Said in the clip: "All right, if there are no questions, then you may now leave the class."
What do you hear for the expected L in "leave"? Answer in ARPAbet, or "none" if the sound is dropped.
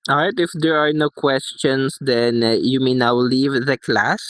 L